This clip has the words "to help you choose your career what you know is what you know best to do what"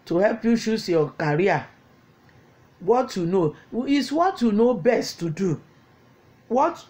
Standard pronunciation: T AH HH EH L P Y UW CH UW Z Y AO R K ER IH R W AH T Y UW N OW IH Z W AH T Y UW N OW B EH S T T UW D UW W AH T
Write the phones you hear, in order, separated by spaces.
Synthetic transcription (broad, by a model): T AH HH EH L P Y UW SH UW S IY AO K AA R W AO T Y UW N OW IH S W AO T Y UW N OW B EH S T T UW D UW W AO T